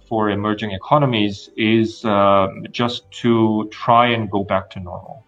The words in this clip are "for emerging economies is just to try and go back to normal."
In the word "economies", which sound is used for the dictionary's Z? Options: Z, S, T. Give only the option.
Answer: Z